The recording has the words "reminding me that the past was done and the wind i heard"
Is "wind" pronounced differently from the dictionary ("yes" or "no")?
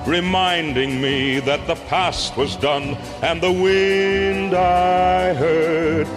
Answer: no